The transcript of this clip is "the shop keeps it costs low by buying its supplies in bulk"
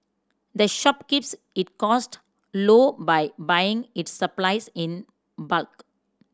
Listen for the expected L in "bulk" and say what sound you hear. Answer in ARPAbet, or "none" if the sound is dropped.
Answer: L